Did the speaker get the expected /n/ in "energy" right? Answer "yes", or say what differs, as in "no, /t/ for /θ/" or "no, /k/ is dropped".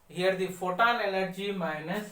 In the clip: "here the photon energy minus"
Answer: no, /l/ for /n/